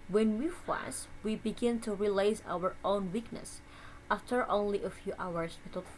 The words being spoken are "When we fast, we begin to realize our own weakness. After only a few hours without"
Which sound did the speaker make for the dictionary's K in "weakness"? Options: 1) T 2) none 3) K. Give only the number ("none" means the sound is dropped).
3